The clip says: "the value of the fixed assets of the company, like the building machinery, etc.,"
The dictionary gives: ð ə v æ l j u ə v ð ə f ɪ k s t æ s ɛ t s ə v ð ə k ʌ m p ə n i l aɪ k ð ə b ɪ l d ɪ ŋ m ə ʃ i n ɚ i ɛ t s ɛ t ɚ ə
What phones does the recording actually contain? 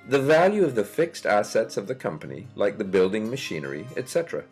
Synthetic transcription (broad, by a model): ð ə v æ l j u ə v ð ə f ɪ k s t æ s ɛ t s ə v ð ə k ʌ m p ə n i l aɪ k ð ə b ɪ l d ɪ ŋ m ə ʃ i n ɚ i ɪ t s ɛ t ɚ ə